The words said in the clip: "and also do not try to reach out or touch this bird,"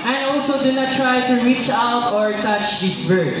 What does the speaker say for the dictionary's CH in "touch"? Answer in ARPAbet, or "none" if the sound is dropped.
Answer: CH